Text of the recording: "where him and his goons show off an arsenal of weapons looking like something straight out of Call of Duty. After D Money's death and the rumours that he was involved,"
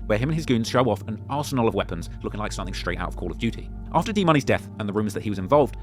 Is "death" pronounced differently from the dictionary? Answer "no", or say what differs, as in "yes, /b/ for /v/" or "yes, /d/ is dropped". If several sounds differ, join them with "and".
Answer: no